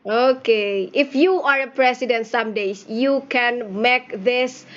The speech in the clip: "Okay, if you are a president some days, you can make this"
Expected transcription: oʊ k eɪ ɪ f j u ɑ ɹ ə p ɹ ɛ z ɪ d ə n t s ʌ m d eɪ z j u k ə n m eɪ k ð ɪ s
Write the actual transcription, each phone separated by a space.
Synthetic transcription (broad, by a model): oʊ k eɪ ɪ f j u ɑ ɹ ə p ɹ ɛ s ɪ d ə n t s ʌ m d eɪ s j u k ə n m eɪ k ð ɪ s